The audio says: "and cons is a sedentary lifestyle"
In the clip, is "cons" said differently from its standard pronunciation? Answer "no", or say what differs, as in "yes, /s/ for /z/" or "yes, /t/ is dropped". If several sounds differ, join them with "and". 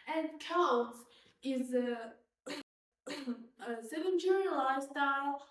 yes, /l/ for /n/